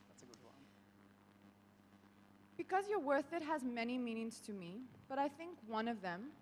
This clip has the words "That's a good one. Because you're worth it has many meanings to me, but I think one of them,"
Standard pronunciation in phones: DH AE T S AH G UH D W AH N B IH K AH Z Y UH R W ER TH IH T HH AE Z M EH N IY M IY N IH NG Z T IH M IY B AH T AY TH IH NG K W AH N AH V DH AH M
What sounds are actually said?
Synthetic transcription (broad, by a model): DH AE T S AH G UH D W AH N B IH K AH Z Y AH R W ER TH IH T HH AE Z M EH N IY M IY N IH NG Z T IH M IY B AH T AY TH IH NG K W AH N AH V DH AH M